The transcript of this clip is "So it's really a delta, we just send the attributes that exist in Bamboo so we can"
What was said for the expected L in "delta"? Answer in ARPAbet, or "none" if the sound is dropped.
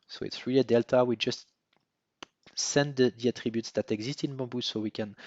L